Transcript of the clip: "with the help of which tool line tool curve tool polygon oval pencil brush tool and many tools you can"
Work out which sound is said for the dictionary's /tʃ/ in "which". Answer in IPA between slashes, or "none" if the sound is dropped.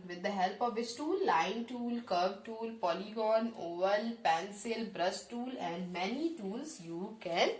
/s/